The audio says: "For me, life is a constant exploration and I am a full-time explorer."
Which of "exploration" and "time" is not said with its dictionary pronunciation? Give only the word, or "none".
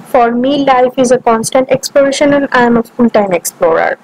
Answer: none